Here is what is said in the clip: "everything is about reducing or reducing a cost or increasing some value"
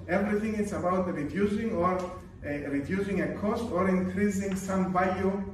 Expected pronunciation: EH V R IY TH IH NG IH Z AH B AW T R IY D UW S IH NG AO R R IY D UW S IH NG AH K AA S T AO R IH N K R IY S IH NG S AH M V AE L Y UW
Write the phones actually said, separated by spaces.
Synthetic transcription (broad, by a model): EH V R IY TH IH NG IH S AH B AW T R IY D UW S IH NG AO R R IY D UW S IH NG AH K AA S T AO R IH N K R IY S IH NG S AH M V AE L Y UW